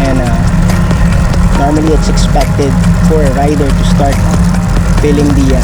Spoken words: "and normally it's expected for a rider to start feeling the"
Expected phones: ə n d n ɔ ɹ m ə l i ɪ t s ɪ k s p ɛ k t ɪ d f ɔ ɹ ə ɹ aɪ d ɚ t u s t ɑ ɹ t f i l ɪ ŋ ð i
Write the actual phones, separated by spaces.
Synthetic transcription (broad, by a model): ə n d n ɔ ɹ m ə l i ɪ t s ɪ k s p ɛ k t ɪ d f ɔ ɹ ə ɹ aɪ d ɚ t u s t ɑ ɹ t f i l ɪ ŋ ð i